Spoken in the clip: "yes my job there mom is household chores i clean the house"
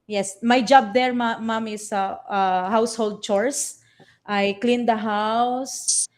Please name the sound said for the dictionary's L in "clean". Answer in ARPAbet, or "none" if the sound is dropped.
L